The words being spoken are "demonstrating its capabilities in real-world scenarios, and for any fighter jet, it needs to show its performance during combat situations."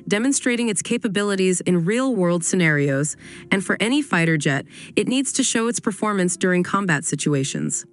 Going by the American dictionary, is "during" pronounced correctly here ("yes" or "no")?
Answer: yes